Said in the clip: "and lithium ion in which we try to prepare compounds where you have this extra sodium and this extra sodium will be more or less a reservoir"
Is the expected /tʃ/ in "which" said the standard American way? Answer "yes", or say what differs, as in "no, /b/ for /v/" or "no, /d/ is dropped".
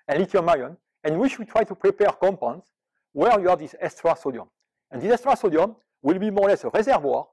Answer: no, /ʃ/ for /tʃ/